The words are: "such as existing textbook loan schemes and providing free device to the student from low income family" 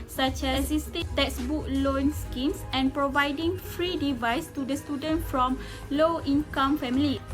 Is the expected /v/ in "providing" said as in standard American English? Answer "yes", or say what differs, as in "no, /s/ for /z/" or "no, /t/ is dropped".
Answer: yes